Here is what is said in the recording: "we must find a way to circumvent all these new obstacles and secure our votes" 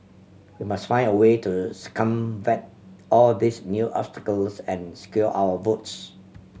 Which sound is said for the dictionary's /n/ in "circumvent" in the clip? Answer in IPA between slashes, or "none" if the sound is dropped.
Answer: none